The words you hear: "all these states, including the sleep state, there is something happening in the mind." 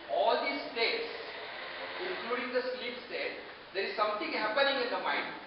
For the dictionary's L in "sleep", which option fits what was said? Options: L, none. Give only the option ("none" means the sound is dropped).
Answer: L